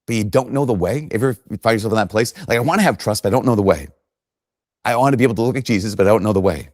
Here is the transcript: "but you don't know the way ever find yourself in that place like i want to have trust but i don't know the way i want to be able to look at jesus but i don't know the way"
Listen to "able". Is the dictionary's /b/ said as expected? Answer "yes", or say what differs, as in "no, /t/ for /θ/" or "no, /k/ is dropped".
no, /b/ is dropped